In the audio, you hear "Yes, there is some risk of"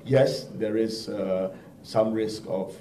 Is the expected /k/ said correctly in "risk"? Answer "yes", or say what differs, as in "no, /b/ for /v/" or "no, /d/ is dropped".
yes